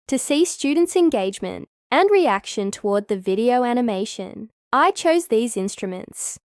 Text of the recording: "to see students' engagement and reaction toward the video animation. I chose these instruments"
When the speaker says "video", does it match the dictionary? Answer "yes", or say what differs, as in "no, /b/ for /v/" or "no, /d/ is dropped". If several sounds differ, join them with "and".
yes